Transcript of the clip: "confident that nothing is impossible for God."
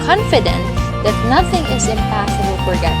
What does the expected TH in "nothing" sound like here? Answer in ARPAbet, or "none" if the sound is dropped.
TH